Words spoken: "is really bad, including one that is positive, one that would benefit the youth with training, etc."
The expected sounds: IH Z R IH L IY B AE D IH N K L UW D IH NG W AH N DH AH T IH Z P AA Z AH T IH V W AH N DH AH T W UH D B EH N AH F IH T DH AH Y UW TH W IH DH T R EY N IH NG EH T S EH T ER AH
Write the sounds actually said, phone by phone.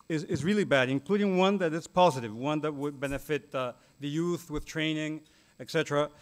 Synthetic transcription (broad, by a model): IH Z R IH L IY B AE D IH N K L UW D IH NG W AH N DH AH T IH S P AA Z AH T IH V W AH N DH AH T W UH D B EH N AH F IH T DH AH Y UW TH W IH DH T R EY N IH NG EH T S EH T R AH